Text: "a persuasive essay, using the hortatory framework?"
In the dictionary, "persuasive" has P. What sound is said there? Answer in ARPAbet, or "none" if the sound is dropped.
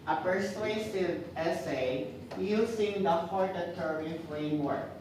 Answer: P